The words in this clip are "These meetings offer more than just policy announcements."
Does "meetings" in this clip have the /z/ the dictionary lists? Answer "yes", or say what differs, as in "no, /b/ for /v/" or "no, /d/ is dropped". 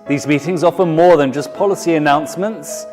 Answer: yes